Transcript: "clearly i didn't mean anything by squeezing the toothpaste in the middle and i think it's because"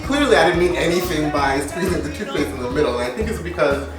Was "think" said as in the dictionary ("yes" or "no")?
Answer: yes